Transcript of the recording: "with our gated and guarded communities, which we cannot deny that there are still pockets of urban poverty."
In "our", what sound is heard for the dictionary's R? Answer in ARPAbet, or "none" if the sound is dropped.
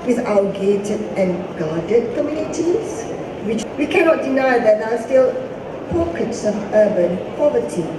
L